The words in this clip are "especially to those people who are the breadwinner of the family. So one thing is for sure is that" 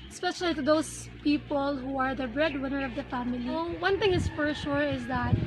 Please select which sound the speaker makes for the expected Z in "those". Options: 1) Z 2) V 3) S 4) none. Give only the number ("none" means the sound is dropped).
3